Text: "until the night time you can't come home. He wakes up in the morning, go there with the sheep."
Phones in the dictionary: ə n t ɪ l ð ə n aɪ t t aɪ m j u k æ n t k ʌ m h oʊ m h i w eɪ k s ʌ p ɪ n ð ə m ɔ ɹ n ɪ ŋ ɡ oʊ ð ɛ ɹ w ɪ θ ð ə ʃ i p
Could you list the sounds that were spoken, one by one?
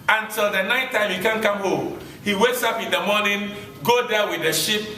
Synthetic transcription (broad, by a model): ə n t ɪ l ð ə n aɪ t t aɪ m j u k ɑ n k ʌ m h oʊ m h i w eɪ k s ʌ p ɪ n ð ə m ɔ n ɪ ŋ ɡ oʊ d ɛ w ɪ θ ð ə ʃ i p